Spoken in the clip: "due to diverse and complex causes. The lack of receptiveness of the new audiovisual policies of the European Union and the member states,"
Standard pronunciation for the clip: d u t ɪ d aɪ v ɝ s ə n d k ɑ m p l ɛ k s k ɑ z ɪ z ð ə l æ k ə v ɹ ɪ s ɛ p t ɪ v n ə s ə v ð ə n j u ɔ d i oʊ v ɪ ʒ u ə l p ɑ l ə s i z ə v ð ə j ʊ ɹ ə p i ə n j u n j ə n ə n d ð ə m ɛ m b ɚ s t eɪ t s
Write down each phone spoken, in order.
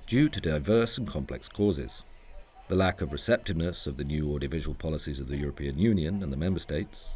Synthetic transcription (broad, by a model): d u t ɪ d aɪ v ɝ s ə n k ɑ m p l ɛ k s k ɑ z ɪ z ð ə l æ k ə v ɹ ɪ s ɛ p t ɪ v n ə s ə v ð ə n j u ɔ d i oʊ v ɪ ʒ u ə l p ɑ l ə s i z ə v ð ə j ʊ ɹ ə p i ə n j u n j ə n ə n ð ə m ɛ m b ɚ s t eɪ t s